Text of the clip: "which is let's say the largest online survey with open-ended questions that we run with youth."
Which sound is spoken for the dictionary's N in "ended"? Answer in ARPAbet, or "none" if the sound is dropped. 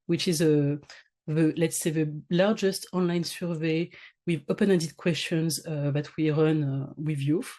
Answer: none